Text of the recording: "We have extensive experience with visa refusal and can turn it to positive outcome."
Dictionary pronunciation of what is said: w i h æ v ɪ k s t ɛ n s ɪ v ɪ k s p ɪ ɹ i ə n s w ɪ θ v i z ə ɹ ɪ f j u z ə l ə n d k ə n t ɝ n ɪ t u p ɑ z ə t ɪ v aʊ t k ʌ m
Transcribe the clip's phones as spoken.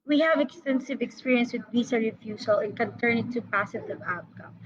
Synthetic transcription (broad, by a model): w i h æ v ɪ k s t ɛ n s ɪ v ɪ k s p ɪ ɹ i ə n s w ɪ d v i s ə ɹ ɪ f j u s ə l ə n k ə n t ɝ n ɪ t u p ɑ s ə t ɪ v aʊ t k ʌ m